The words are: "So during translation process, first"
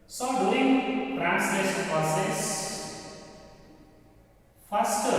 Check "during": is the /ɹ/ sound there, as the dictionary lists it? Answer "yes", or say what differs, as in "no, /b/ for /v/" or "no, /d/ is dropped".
no, /l/ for /ɹ/